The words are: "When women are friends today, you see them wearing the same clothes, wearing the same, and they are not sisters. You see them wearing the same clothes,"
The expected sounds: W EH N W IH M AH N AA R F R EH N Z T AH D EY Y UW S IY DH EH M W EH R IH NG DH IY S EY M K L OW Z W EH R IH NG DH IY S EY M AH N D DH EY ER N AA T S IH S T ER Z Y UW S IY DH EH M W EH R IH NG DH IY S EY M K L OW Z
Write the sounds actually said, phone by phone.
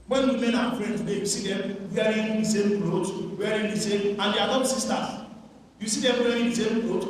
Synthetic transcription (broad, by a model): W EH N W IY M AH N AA W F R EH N T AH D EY Y UW S IY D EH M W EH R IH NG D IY S EY M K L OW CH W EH R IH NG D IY S EY M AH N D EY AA L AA S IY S T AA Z Y UW S IY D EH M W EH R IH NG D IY S EY M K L OW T